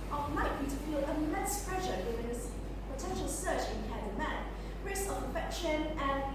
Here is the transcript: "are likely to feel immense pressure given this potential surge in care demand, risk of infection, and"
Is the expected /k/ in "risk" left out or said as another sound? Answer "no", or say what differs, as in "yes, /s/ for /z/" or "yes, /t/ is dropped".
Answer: yes, /k/ is dropped